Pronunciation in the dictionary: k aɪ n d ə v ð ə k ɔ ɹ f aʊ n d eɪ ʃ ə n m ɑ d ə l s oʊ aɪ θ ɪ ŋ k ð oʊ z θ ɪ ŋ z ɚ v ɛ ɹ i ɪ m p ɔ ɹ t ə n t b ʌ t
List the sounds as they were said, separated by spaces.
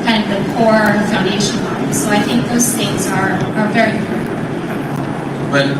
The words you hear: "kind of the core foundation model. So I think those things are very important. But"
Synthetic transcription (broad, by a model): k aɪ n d ə v ð ə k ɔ ɹ f aʊ n d eɪ ʃ ə n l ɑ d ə s oʊ aɪ θ ɪ ŋ k ð oʊ z θ ɪ ŋ z ɚ v ɛ ɹ i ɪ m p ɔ ɹ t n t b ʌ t